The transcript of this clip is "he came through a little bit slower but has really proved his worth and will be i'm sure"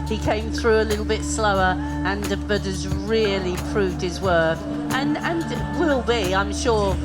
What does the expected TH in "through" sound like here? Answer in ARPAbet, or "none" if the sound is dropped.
TH